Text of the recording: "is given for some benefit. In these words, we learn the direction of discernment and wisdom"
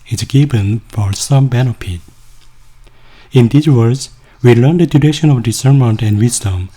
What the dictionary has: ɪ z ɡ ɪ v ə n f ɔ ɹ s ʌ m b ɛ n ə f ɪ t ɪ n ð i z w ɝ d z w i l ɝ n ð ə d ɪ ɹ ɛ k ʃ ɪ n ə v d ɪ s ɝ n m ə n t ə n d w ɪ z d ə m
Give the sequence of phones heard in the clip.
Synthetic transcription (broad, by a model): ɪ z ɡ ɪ b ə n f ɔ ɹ s ʌ m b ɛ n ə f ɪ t ɪ n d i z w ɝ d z w i l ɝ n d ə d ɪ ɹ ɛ ʃ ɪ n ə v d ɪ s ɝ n m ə n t ə n d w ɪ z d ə m